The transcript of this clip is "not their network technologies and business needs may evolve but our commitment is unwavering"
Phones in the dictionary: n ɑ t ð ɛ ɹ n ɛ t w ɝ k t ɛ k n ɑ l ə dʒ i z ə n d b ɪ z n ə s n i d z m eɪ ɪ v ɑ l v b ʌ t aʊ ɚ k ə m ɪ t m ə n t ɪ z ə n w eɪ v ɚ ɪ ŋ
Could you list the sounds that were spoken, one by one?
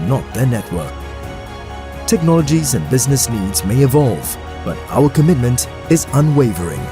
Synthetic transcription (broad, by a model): n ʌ t ð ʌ ɹ n ɛ t w ɝ k t ɛ k n ɑ l ə dʒ i z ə n b ɪ z n ə s n i d z m eɪ ɪ v ɑ l v b ʌ t aʊ ɚ k ə m ɪ t m ə n t ɪ z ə n w eɪ v ɚ ɪ ŋ